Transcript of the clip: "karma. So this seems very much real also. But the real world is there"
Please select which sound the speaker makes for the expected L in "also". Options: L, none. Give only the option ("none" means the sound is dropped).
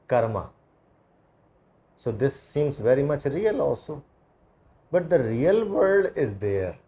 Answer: none